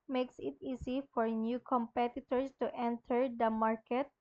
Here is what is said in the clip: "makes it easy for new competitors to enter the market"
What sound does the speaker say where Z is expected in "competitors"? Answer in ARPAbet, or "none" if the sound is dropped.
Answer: S